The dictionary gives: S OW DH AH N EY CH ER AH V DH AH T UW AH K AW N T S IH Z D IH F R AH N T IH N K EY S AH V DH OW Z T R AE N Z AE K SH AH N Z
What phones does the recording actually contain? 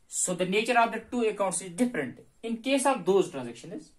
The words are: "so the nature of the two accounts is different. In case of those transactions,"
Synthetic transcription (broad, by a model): S OW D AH N EY CH ER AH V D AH T UW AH K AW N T S IH Z D IH F R AH N T IH N K EY S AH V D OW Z T R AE N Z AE K SH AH N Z